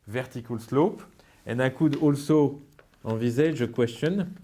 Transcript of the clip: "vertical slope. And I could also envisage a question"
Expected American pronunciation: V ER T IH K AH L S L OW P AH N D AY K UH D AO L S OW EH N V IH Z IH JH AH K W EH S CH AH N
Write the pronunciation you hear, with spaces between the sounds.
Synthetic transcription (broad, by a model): V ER T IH K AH L S L OW P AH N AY K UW D AO L S OW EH V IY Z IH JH AH K W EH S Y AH N